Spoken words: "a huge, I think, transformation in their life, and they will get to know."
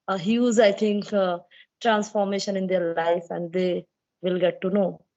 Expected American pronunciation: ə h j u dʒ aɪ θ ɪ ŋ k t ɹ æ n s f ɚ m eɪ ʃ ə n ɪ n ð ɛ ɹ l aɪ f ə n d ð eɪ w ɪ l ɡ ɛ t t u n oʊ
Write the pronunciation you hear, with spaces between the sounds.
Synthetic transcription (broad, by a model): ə h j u z aɪ t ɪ ŋ k t ɹ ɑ n s f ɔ m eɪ ʃ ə n ɪ n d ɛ ɹ l aɪ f ə n d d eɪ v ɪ l ɡ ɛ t t u n oʊ